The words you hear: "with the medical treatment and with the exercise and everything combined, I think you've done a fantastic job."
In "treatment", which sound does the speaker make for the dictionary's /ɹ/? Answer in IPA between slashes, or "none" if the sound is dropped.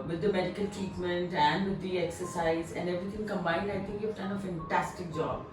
none